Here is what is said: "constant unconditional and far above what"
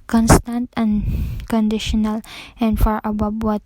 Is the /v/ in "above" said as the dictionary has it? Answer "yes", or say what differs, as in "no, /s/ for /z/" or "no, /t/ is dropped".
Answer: no, /b/ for /v/